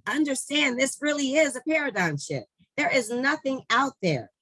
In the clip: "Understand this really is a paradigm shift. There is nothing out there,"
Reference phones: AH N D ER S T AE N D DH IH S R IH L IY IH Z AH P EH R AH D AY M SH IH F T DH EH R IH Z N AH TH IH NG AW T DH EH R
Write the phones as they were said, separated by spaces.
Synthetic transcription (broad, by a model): AH N D ER S T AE N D DH IH S R IH L IY IH Z AH P EH R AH D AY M SH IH T DH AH R IH Z N AH TH IH NG AW T DH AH R